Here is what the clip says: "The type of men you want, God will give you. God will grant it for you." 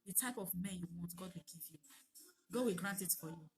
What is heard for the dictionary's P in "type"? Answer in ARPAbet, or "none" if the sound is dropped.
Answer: P